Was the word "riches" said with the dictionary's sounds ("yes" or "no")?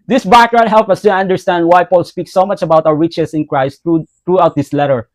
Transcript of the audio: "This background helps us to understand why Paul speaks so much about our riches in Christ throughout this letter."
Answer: no